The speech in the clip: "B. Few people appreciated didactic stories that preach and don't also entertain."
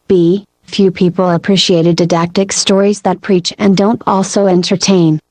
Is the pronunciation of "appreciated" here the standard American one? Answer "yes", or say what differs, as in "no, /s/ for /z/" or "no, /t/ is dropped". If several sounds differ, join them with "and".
yes